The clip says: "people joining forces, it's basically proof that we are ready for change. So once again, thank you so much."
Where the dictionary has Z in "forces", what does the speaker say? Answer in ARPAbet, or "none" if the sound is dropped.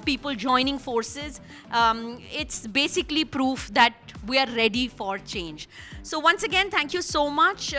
Z